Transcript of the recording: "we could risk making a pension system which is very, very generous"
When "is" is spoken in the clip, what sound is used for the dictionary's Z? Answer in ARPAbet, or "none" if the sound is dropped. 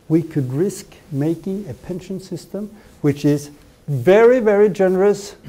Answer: Z